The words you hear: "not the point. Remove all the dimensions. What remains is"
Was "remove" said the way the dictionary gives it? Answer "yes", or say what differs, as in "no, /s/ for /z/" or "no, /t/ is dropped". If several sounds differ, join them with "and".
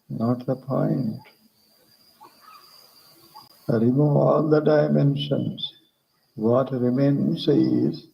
no, /v/ is dropped